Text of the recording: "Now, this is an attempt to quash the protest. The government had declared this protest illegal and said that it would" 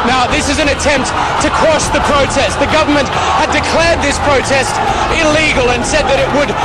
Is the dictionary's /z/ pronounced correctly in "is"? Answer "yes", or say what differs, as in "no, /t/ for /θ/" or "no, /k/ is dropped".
yes